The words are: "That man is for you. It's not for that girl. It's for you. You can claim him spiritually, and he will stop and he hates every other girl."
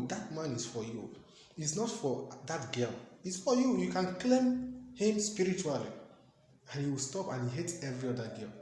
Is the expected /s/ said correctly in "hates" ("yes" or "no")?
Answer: no